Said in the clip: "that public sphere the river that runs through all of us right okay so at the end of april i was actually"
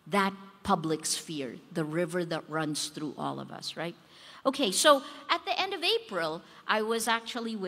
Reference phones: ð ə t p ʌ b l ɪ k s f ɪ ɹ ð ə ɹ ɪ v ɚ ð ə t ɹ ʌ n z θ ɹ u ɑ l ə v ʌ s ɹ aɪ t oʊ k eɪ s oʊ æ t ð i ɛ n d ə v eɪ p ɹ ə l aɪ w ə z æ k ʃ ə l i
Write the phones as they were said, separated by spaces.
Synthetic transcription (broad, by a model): ð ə t p ʌ b l ɪ k s f ɪ ɹ ð ə ɹ ɪ v ɚ ð ə t ɹ ʌ n z θ ɹ u ɑ l ə v ʌ s ɹ aɪ t oʊ k eɪ s oʊ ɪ t ð i ɛ n d ə v eɪ p ɹ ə l aɪ w ə z æ k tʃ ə l i